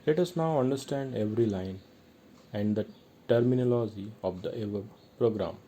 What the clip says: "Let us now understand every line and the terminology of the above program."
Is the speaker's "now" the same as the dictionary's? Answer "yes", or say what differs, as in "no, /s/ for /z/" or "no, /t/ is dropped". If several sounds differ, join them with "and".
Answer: yes